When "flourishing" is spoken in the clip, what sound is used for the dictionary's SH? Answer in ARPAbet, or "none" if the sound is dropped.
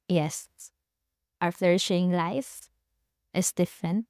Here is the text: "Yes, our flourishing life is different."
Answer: SH